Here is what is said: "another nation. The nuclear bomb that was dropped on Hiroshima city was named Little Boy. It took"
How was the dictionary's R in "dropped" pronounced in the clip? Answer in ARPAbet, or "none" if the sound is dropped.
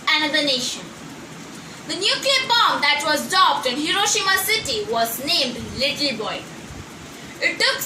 none